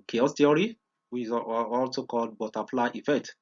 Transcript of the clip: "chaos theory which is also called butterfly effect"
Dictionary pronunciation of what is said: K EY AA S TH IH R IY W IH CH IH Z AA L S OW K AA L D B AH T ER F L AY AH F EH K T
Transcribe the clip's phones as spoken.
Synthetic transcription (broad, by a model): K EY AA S T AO R IY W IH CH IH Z AA L S OW K AA L D B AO T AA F L AY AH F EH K T